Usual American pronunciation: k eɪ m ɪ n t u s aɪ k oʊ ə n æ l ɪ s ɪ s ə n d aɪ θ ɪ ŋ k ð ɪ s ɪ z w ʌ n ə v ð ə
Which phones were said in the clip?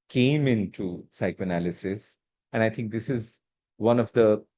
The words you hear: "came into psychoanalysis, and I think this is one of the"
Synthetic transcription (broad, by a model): k eɪ m ɪ n t u s aɪ k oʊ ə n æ l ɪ s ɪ s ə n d aɪ t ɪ ŋ k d ɪ s ɪ z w ʌ n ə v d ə